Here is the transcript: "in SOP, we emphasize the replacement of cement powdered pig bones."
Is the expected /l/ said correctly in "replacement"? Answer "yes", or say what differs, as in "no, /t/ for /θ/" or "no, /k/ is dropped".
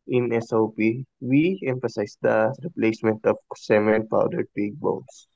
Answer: yes